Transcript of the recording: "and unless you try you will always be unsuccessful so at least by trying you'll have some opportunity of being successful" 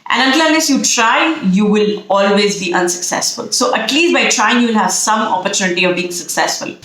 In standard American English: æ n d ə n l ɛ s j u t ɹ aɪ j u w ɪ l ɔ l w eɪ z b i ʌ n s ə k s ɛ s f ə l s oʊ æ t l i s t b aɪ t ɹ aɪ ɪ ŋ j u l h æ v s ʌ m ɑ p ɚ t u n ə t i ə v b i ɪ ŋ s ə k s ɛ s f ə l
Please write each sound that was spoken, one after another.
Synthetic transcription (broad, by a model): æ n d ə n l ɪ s j u t ɹ aɪ j u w ɪ l ɔ l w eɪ z b i ʌ n s ə k s ɛ s f ə l s oʊ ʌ t l i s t b aɪ t ɹ aɪ ɪ ŋ j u l h æ v s ʌ m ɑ p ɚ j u n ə t i ə v b i ɪ ŋ s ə k s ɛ s f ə l